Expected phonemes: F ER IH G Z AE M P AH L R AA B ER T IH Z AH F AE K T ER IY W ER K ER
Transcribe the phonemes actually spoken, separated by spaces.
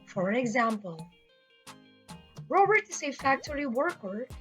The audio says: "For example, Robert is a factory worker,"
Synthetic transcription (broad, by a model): F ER IH G Z AE M P AH L R AA B ER T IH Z AH F AE K T ER IY W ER K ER